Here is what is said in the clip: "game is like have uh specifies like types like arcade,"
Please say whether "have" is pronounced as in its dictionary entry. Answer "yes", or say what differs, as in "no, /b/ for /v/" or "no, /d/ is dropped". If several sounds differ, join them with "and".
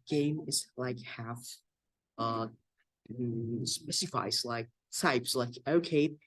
no, /f/ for /v/